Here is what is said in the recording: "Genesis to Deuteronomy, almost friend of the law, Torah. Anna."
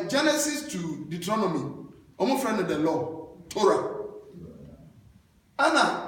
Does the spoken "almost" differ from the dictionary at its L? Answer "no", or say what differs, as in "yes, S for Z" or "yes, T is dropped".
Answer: yes, L is dropped